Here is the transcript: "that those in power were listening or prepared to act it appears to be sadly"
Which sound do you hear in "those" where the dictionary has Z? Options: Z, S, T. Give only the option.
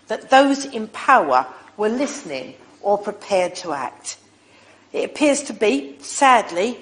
Z